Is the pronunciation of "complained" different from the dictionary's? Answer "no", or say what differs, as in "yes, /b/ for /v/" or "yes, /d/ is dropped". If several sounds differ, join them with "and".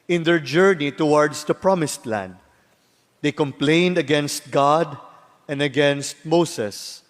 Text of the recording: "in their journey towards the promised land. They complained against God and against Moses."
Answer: no